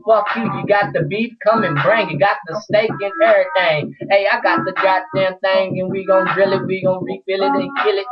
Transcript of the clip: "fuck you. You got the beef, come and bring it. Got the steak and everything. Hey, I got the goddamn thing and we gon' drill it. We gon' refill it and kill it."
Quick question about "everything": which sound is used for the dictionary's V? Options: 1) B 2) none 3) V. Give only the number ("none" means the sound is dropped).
2